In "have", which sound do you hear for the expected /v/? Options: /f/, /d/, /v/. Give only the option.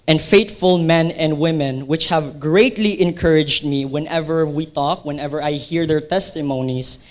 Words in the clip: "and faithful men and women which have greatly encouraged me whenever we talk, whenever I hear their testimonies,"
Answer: /v/